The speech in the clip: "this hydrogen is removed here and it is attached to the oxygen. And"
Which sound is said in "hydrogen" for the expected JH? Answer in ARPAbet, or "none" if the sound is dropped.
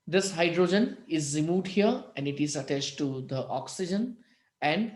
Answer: JH